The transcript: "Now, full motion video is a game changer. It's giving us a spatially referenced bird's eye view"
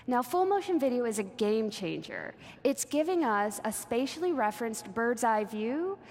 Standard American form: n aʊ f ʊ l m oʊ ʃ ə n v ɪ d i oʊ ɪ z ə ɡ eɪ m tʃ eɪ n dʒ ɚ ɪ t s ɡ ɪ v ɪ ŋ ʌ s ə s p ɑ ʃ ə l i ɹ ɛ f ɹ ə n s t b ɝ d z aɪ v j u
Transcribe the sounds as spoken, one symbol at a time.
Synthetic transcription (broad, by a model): n aʊ f ʊ l m oʊ ʃ ə n v ɪ d i oʊ ɪ z ə ɡ eɪ m tʃ eɪ n dʒ ɚ ɪ t s ɡ ɪ v ɪ ŋ ʌ s ə s p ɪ ʃ l i ɹ ɛ f ɹ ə n s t b ɝ d z aɪ v j u